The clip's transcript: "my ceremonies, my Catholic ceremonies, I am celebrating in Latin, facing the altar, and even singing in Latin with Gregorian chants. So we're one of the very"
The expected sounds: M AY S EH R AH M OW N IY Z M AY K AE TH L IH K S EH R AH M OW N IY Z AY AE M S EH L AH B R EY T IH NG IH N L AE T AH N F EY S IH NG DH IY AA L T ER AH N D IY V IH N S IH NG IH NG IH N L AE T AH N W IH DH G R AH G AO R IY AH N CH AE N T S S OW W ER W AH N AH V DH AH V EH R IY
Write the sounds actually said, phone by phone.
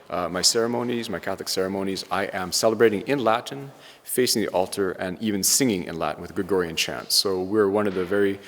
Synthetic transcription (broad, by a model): M AY S EH R AH M OW N IY Z M AY K AE TH L IH K S EH R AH M OW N IY Z AY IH M S EH L AH B R EY T IH NG IH N L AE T N F EY S IH NG DH IY AA L T ER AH N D IY V IH N S IH NG IH NG IH N L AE T N W IH DH G R AH G AO R IY AH N CH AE N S S OW W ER W AH N AH V DH AH V EH R IY